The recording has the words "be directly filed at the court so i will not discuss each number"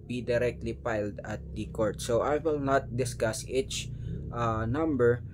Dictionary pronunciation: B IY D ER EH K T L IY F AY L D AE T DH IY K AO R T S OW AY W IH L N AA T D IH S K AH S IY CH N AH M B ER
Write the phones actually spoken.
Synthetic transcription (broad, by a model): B IY D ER EH K T L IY P AY L D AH T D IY K AO R T S OW AY W IH L N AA T D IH S K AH S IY CH N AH M B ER